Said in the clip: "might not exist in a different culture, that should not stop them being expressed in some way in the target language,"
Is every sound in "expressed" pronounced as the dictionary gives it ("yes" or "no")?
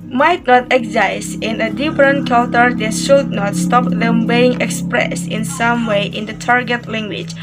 no